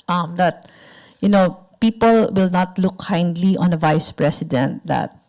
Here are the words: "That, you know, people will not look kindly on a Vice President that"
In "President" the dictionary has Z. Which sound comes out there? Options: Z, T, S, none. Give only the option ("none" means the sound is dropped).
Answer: S